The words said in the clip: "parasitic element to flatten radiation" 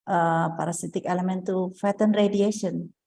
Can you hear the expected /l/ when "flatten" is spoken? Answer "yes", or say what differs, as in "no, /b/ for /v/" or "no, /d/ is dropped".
no, /l/ is dropped